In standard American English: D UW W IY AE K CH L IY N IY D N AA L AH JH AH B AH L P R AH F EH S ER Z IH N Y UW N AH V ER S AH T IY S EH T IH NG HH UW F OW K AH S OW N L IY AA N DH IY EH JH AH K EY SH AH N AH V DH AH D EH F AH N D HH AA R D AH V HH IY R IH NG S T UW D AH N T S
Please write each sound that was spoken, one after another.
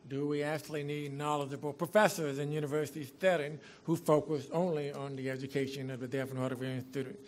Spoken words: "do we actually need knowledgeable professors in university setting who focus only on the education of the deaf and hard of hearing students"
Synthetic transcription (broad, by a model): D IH W IY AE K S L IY N IY D N AA L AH JH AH B L P R AH F EH S ER Z IH N Y UW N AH V ER S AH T IY TH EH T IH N HH UW F OW K AH S OW N L IY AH N DH IY EH JH AH K EY SH AH N AH V DH AH D EH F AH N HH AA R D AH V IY IH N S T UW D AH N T